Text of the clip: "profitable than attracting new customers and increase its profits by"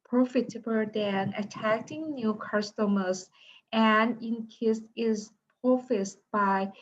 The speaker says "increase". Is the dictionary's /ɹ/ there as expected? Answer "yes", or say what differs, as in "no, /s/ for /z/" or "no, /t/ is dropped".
no, /ɹ/ is dropped